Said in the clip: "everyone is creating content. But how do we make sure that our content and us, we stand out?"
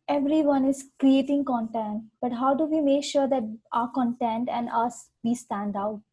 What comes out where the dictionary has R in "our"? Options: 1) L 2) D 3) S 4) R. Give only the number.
4